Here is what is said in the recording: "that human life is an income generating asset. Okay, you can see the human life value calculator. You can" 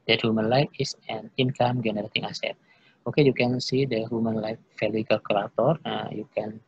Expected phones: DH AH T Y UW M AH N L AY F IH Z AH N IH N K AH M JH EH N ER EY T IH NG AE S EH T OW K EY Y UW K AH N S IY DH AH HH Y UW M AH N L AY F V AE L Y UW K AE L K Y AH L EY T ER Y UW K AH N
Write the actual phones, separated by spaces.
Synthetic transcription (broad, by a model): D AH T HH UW M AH N L AY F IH S AH N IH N K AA M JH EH N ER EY T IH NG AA S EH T OW K EY Y UW K AH N S IY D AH HH Y UW M AH N L AY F F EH L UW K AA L K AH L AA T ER Y UW K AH N